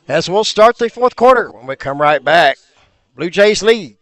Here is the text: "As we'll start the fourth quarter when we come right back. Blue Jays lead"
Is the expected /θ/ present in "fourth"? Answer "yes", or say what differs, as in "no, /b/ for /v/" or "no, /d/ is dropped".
yes